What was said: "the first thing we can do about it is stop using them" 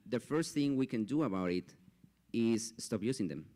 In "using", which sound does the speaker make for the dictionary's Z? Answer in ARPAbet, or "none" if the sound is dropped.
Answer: S